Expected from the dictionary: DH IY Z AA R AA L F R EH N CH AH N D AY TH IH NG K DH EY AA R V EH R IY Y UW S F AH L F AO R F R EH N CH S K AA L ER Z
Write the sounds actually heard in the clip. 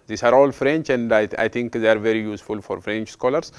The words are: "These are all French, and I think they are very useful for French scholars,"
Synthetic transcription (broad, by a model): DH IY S AA R AA L F R EH N CH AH N D AY T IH NG K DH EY AA R V EH R IY Y UW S F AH L F AO R F R EH N CH S K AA L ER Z